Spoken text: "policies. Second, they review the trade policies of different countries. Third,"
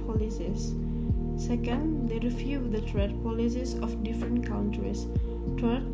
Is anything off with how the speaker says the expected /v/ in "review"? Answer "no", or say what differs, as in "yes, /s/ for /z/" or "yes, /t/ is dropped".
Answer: yes, /f/ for /v/